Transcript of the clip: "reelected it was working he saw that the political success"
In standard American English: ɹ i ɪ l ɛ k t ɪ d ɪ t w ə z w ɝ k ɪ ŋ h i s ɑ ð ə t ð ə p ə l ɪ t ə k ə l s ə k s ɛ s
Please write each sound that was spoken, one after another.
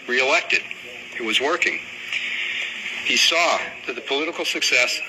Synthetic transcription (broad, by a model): ɹ i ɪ l ɛ k t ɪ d ɪ t w ə z w ɝ k ɪ ŋ h i s ɑ ð ə t ð ə p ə l ɪ t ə k l s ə k s ɛ s